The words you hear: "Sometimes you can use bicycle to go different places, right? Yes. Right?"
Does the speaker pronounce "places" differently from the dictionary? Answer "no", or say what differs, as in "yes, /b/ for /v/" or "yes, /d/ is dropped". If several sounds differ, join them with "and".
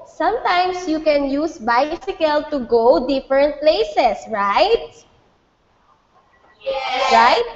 yes, /s/ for /z/